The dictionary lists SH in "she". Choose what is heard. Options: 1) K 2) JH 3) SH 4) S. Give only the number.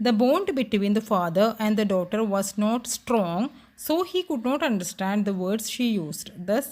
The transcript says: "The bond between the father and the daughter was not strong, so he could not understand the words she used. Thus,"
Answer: 3